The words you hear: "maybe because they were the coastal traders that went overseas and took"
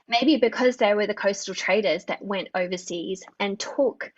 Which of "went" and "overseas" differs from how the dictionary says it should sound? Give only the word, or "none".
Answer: none